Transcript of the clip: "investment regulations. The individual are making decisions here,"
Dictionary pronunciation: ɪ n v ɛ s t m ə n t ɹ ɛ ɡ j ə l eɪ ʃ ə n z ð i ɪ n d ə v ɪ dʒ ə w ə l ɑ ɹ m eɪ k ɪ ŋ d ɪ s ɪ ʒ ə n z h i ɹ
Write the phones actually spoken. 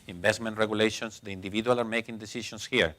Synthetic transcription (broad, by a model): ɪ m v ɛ s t m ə n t ɹ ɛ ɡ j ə l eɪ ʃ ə n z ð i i n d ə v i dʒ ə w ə l ɑ ɹ m eɪ k ɪ ŋ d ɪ s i ʃ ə n s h i ɹ